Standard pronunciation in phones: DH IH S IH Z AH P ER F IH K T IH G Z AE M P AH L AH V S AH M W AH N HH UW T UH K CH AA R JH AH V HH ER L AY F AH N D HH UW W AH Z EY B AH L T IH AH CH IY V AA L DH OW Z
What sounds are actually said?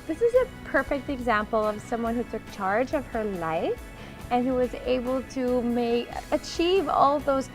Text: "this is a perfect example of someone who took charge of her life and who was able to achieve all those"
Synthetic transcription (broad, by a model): DH IH S IH Z AH P ER F IH K T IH G Z AE M P L AH V S AH M W AH N HH UW T UH K CH AA R JH AH V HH ER L AY F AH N HH UW W AH Z EY B L T IH AH CH IY V AA L DH OW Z